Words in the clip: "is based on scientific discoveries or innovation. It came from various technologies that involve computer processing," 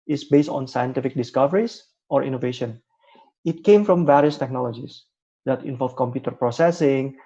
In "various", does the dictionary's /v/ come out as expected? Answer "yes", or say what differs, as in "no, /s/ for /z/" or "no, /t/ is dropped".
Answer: yes